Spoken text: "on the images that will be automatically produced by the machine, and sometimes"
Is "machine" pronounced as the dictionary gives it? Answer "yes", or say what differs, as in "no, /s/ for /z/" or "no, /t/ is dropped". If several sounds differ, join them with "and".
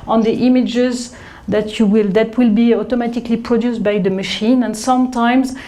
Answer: yes